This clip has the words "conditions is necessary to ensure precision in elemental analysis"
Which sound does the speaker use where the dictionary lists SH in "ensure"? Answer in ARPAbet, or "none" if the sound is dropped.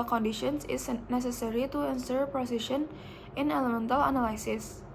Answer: S